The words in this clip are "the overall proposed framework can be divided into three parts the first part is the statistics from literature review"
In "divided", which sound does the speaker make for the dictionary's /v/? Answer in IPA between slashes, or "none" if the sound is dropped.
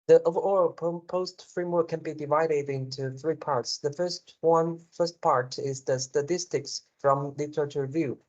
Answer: /v/